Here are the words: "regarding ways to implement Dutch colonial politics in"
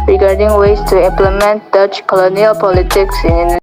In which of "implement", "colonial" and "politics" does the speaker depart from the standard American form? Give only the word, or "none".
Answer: none